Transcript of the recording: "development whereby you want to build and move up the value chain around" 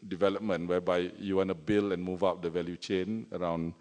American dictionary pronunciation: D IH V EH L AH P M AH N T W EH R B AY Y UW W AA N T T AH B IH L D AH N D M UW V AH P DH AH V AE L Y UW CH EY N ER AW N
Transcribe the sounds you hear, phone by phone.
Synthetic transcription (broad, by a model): D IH V EH L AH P M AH N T W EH B AY Y UW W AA N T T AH B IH L AH N M UW V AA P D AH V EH L Y UW CH EY N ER AW N